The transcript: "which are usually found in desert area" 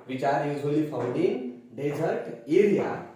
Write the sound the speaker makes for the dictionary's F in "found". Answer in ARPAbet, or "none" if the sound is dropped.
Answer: P